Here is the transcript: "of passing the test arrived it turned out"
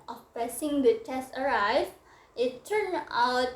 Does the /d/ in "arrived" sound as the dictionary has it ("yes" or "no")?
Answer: no